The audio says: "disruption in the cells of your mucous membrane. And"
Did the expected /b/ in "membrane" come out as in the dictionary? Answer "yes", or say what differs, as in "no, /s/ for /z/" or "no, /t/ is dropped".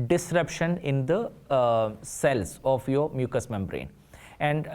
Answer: yes